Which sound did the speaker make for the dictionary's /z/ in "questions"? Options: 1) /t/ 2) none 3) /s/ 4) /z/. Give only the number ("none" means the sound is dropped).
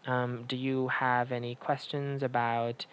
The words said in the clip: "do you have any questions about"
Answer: 4